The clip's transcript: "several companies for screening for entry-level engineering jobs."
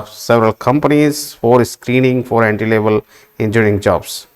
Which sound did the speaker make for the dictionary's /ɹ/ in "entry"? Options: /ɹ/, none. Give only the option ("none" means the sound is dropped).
none